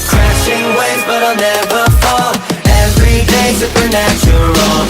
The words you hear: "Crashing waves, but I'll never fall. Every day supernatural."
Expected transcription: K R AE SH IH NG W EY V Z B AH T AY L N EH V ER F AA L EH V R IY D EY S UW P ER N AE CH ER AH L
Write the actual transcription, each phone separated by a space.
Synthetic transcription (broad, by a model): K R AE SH IH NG W EY Z B AH T AY L N EH V ER F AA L EH V R IY D EY S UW P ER N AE CH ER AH L